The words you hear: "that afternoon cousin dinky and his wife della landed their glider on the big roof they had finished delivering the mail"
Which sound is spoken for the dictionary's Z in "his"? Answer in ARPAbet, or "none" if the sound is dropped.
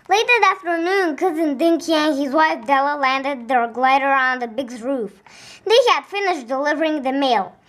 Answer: Z